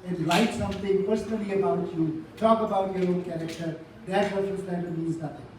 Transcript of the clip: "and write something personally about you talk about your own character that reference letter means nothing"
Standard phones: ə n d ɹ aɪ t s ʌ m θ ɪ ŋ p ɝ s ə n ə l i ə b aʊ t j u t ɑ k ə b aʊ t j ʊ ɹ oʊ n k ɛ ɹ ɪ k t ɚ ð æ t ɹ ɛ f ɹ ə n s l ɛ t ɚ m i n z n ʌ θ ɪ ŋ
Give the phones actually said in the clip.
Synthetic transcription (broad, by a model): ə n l aɪ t s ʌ m t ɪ ŋ p ɝ s ə n ə l i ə b aʊ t j u t ɑ k ə b aʊ t j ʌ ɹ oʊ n k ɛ ɹ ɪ k t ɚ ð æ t w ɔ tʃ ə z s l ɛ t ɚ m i z n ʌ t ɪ ŋ